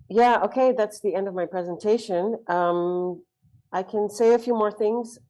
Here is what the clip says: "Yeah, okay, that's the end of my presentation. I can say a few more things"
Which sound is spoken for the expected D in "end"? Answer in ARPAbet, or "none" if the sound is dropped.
D